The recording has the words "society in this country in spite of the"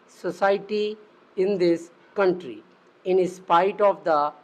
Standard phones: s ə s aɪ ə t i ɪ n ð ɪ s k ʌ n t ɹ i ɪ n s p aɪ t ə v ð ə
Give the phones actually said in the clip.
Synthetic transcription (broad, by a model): s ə s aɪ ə t i ɪ n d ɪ s k ʌ n t ɹ i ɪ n s p aɪ t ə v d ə